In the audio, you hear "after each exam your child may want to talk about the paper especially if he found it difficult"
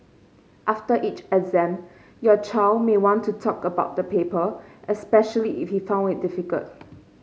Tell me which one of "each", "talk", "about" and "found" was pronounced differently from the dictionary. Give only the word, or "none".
none